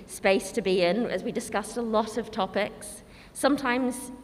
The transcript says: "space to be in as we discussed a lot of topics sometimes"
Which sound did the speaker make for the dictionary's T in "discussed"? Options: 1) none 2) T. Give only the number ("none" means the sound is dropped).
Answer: 2